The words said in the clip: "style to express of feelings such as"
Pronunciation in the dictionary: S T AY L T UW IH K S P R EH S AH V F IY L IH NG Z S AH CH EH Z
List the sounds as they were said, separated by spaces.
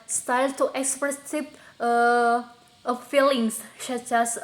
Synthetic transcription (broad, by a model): S T AY L T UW IH K S P R EH S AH P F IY L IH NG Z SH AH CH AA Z